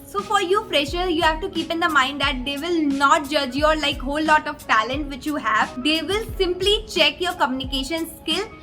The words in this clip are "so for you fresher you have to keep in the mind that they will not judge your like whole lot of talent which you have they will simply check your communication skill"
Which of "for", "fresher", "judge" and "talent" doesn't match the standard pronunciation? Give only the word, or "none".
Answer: fresher